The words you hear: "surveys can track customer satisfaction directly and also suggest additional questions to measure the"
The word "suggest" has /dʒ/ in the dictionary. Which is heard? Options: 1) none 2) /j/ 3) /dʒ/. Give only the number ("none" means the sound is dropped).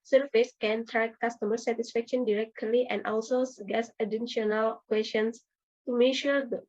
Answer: 1